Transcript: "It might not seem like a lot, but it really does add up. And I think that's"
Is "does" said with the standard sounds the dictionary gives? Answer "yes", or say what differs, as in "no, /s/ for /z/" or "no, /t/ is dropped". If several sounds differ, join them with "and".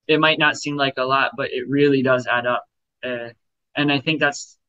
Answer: yes